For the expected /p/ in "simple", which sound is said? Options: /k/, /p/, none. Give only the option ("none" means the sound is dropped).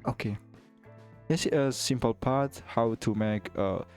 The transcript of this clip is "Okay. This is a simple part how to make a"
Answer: /p/